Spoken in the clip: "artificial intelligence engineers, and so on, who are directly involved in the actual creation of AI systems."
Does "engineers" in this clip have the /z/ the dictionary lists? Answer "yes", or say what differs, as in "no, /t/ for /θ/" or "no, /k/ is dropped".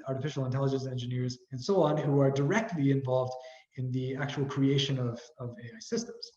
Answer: yes